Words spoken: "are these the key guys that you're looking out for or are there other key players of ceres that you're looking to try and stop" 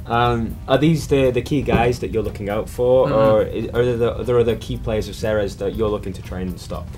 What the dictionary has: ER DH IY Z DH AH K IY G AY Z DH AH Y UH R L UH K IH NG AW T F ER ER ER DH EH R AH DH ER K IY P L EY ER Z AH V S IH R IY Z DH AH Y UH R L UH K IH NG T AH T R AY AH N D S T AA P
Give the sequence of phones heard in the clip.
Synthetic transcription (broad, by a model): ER DH IY Z DH AH K IY G AY Z DH AH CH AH R L UH K IH NG AW T F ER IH ER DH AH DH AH DH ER K IY P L EY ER Z AH V S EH R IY Z DH AH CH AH R L UH K IH NG T AH T R AY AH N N S T AA P